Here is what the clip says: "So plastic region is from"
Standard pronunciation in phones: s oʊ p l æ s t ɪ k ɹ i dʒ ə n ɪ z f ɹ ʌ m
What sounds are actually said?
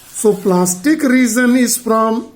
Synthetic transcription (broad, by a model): s oʊ p l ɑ s t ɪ k ɹ i z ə n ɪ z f ɹ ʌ m